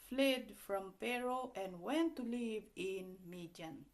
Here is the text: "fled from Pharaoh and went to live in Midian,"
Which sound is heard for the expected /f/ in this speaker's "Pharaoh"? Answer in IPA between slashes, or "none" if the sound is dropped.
/p/